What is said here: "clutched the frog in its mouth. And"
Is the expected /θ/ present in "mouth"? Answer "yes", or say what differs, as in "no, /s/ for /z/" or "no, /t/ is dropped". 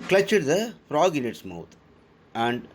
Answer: no, /t/ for /θ/